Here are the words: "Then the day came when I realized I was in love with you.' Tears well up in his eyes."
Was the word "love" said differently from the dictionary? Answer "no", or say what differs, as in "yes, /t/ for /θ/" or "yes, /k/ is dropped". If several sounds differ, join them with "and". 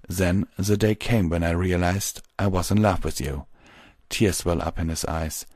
yes, /f/ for /v/